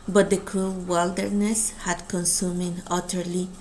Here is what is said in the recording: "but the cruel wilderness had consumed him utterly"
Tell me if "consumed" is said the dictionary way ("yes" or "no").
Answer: no